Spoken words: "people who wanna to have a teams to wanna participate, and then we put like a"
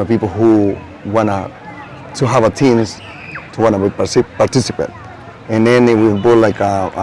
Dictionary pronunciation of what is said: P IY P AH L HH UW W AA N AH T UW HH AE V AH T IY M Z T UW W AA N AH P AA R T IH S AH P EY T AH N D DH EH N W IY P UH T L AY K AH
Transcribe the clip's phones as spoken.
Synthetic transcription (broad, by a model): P IY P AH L HH UW W AA N AH T UW HH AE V AH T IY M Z T UW W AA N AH P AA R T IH S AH P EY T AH N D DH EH N W IY B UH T L AY K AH